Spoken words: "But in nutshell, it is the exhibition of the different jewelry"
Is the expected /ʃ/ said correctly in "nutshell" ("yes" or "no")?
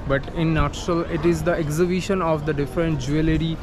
no